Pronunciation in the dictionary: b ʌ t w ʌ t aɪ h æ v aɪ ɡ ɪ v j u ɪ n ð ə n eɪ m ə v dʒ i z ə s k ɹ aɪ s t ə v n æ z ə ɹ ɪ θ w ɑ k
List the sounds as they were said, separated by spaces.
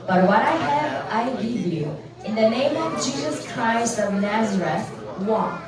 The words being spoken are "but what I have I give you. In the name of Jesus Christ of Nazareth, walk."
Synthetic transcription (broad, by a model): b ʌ t w ʌ t aɪ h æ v aɪ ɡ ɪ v j u ɪ n ð ə n eɪ m ə v dʒ i z ə s k ɹ aɪ s t ə v n æ z ə ɹ ɪ θ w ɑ